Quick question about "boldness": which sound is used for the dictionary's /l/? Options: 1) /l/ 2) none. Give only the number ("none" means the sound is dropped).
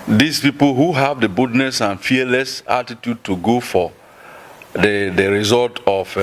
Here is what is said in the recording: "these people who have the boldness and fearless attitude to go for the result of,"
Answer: 2